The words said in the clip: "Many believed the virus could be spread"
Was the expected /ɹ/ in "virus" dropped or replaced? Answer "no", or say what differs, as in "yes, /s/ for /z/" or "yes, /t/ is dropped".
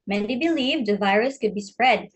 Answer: no